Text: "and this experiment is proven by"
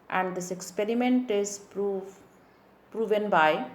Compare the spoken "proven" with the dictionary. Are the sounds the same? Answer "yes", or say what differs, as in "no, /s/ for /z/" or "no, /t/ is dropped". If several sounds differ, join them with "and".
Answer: yes